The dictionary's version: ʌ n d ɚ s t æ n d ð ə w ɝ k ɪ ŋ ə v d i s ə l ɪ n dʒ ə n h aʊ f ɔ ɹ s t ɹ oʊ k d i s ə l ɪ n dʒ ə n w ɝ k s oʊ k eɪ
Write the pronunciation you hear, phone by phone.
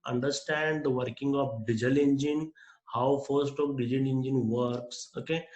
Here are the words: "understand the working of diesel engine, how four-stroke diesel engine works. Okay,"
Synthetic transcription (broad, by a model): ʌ n d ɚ s t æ n d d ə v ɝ k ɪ ŋ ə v d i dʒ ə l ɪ n dʒ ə n h aʊ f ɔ ɹ s t oʊ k d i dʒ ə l ɪ n dʒ ə n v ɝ k s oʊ k eɪ